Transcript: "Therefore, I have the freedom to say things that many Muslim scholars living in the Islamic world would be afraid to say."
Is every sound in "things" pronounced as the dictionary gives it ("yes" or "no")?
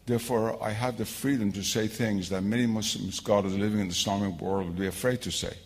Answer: yes